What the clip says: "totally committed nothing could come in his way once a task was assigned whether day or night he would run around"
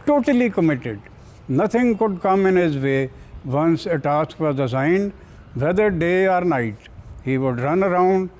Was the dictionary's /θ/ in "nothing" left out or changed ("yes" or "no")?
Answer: yes